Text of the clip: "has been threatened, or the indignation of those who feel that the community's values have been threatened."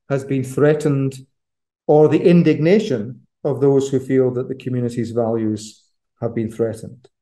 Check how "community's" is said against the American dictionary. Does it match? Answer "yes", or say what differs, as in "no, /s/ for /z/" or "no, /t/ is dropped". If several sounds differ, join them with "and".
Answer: yes